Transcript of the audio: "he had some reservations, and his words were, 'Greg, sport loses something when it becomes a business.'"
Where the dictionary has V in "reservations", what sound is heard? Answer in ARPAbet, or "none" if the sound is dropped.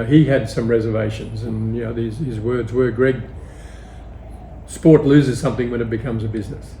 V